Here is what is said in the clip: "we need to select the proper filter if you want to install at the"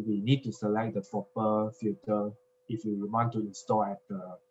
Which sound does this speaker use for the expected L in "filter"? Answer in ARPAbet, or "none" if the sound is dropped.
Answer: none